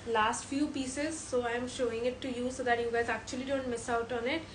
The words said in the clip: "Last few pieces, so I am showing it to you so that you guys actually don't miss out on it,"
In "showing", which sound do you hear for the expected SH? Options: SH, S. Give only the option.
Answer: SH